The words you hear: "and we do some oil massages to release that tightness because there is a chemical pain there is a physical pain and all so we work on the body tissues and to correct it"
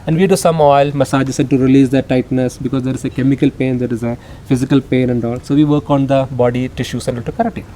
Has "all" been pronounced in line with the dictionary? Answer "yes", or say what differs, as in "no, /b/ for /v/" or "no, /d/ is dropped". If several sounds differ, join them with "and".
yes